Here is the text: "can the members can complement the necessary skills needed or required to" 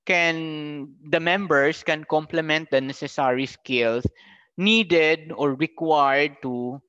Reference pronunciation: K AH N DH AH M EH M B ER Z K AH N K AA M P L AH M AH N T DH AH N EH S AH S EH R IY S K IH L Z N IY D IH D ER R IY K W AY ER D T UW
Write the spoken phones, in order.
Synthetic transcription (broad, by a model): K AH N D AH M EH M B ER S K AH N K AA M P L AH M AH N T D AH N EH S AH S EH R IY S K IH L S N IY D IH D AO R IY K W AY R D T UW